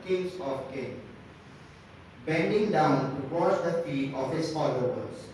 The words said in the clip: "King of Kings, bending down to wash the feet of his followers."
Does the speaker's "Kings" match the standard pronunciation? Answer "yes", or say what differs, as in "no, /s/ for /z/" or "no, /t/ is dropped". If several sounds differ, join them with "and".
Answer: no, /z/ is dropped